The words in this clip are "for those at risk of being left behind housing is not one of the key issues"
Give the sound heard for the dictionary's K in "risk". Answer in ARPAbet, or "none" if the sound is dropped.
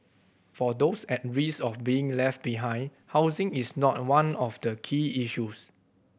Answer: none